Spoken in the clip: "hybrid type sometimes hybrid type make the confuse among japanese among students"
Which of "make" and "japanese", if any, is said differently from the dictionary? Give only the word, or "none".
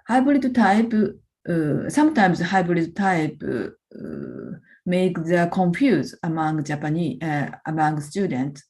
japanese